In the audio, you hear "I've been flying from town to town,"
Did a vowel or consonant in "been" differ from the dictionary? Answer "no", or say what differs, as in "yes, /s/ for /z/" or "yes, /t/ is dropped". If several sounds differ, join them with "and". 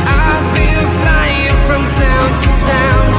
yes, /l/ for /n/